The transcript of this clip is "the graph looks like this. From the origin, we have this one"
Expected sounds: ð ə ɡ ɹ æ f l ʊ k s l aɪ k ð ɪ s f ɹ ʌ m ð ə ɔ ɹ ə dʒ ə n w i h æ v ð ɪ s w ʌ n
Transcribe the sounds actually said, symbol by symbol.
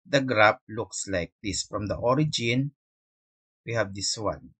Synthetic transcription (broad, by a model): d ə ɡ ɹ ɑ p l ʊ k s l aɪ k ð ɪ s f ɹ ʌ m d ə ɔ ɹ ə dʒ ə n w i h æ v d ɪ s w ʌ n